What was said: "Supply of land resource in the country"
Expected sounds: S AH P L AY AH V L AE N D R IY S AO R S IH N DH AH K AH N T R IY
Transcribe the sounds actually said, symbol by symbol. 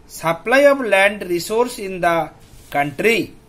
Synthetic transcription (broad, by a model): S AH P L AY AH B L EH N D R IY S AO R S IH N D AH K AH N T R IY